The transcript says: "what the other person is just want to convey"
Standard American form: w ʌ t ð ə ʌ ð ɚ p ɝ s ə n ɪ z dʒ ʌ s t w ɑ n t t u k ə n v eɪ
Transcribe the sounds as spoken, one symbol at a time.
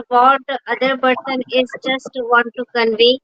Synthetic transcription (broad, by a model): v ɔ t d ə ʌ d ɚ b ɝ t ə n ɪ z dʒ ʌ s t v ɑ n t t u k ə n v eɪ